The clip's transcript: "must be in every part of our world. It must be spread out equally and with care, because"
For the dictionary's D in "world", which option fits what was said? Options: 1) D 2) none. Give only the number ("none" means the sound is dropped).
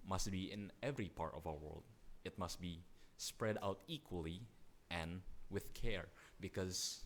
1